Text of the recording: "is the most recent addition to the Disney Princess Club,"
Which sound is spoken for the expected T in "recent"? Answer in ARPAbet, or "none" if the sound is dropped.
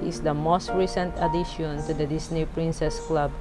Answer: T